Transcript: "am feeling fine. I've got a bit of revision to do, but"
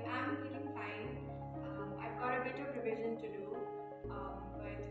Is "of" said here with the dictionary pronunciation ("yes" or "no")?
no